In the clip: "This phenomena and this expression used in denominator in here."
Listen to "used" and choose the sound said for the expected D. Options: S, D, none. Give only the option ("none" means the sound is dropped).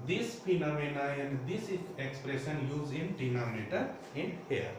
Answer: none